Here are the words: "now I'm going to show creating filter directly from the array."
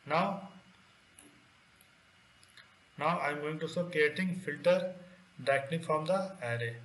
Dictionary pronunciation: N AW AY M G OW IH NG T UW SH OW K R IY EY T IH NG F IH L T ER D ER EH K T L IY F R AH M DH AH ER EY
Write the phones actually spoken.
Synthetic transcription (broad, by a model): N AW AY M G OW IH NG T UW S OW K R IY EY T IH NG F IH L T ER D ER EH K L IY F R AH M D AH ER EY